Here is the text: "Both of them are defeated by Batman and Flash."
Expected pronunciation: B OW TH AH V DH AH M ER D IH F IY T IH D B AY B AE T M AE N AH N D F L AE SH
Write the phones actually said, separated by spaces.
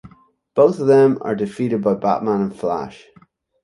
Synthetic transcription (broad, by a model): B OW TH AH V DH AH M ER D IH F IY T IH D B AY B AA T M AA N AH N F L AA SH